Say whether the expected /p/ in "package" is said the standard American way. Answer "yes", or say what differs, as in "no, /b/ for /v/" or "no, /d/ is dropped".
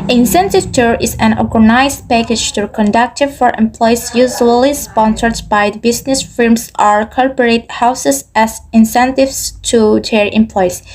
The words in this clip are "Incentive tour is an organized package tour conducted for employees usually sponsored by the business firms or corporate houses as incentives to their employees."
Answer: yes